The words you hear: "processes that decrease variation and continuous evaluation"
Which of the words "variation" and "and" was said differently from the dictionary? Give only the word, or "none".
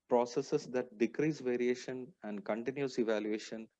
none